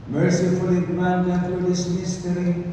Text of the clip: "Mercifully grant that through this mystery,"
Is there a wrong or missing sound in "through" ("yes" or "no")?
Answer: yes